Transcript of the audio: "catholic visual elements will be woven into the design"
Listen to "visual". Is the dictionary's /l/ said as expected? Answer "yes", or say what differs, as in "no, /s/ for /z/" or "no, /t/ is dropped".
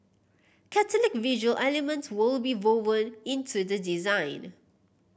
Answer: yes